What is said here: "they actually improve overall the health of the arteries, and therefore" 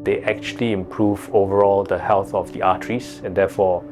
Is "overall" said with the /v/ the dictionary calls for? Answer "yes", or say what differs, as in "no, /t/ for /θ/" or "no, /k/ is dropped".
yes